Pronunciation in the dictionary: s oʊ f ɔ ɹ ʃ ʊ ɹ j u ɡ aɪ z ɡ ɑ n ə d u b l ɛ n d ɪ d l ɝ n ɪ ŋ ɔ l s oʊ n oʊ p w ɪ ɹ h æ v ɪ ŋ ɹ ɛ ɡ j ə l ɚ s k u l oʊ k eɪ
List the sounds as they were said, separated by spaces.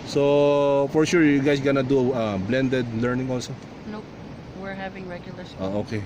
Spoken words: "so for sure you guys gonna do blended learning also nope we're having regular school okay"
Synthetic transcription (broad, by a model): s oʊ f ɔ ɹ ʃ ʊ ɹ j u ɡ aɪ s ɡ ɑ n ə d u b l ɛ n d ɪ d l ɝ n ɪ ŋ ɔ l s oʊ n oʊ w ɪ ɹ h æ v ɪ ŋ ɹ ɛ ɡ j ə l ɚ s oʊ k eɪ